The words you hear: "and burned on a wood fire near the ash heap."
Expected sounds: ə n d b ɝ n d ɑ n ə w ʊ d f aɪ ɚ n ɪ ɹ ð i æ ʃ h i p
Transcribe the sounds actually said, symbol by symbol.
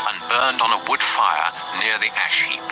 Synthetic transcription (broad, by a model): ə n b ɝ n d n ə w ʊ d f aɪ ɚ n ɪ ɹ ð i æ ʃ h i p